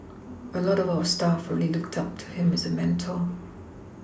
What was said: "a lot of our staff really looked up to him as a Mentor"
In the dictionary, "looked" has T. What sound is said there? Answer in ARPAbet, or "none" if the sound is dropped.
T